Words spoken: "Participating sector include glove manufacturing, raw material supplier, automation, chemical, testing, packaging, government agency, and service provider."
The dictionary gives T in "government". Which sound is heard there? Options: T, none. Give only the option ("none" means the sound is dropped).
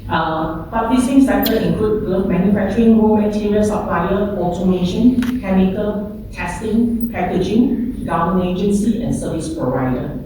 none